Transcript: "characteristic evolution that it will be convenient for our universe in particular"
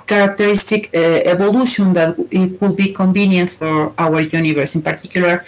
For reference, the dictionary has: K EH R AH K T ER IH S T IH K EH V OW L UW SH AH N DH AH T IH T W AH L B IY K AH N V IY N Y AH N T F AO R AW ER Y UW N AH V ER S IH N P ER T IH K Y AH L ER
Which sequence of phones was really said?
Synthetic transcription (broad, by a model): K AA R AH K T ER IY S T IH K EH B OW L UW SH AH N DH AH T IH T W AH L B IY K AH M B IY N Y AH N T F AO R AW ER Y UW N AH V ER S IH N P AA T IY K Y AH L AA